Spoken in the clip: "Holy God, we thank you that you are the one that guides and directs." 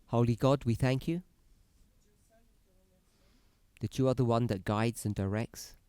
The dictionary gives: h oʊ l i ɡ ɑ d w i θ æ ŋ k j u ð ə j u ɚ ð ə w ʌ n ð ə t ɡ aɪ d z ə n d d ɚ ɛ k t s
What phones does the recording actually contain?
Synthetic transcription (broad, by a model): h oʊ l i ɡ ɑ d w i θ æ ŋ k j u ð ə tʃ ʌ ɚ ð ə w ʌ n ð ə t ɡ aɪ d z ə n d d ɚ ɛ k t s